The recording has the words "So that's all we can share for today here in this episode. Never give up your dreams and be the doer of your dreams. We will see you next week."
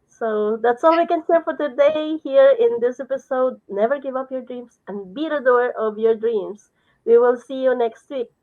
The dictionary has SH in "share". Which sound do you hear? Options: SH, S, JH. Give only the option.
S